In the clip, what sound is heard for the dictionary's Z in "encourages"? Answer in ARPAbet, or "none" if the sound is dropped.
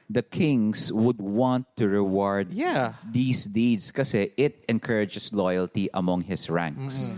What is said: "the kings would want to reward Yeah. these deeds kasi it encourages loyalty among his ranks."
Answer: S